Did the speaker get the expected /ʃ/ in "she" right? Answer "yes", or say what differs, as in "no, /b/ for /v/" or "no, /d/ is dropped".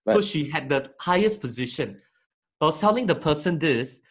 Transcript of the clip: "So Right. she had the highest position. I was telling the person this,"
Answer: yes